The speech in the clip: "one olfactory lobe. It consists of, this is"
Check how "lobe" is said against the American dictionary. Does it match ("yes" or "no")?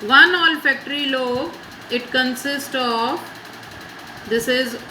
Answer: no